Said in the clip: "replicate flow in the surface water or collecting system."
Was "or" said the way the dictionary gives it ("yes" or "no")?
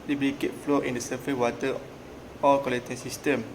no